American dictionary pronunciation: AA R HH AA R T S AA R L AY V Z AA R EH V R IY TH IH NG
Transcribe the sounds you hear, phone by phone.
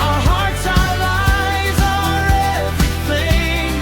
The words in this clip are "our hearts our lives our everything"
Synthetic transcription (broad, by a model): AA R HH AA R T S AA L AY Z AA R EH V R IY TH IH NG